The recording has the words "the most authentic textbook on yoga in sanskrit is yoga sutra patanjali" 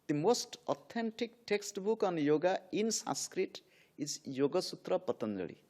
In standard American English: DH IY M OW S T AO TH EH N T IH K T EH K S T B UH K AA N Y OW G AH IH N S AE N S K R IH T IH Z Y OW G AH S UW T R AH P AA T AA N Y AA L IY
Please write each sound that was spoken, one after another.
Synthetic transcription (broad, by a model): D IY M OW S T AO T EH N T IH K T EH K S T B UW K AA N Y OW G AH IH N S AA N S K R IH T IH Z Y OW G AH S UW T R AH P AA T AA N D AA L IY